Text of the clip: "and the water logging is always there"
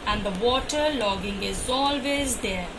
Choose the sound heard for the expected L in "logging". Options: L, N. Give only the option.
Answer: L